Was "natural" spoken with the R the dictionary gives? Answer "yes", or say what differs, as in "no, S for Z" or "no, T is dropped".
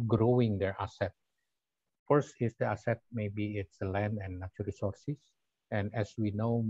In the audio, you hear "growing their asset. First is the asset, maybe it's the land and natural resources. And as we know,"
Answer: no, R is dropped